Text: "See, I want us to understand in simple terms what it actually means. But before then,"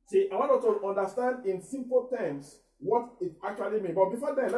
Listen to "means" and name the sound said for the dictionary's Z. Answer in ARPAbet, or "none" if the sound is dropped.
none